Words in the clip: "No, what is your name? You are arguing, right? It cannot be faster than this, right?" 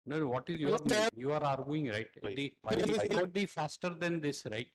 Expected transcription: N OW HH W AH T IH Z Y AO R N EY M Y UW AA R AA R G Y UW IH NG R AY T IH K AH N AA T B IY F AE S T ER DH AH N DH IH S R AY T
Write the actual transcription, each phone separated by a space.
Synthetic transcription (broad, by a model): N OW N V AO T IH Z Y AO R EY Y UW AA R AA R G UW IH NG R AY T IH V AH AA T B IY F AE S T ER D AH N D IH S R AY T